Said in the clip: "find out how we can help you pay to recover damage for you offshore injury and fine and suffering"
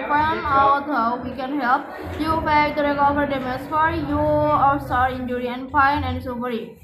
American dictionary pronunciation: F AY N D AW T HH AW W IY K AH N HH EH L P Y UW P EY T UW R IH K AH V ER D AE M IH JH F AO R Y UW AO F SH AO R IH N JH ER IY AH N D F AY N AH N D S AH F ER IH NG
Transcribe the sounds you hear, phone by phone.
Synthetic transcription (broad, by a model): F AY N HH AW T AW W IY K AH N HH EH L P Y UW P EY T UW R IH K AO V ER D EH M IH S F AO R Y UW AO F S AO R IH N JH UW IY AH N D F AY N AH N D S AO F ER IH